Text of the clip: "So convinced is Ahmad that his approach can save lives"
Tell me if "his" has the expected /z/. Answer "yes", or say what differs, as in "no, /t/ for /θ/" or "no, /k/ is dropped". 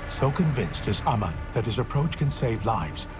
yes